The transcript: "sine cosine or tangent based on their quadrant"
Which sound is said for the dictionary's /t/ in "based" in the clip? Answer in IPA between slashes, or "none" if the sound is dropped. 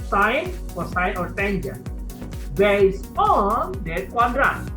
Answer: none